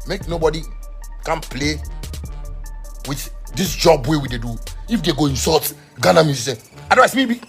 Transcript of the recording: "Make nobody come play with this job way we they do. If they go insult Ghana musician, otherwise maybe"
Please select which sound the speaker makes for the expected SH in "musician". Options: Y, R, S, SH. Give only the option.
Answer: S